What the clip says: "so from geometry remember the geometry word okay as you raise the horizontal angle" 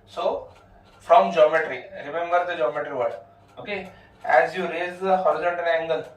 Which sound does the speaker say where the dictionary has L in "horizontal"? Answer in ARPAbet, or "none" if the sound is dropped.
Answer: N